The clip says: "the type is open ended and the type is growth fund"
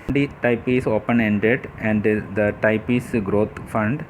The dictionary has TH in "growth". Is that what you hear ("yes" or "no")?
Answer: no